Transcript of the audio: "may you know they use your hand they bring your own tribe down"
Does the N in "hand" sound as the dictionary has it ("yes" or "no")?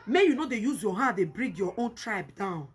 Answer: no